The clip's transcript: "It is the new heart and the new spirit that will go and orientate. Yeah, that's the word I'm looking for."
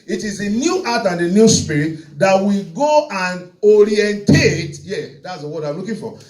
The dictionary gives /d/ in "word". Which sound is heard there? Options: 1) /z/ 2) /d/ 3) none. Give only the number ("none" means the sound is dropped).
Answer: 3